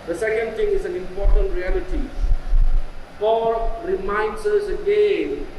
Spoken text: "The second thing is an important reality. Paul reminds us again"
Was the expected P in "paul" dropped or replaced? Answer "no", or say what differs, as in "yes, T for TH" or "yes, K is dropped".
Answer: yes, F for P